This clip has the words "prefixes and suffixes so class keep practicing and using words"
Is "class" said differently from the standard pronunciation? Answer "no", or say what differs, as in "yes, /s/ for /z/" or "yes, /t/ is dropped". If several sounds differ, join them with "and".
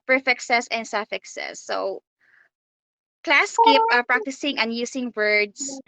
no